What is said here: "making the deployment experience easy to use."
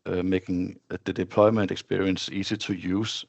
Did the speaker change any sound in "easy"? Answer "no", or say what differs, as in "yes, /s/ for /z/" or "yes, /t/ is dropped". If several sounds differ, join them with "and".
yes, /s/ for /z/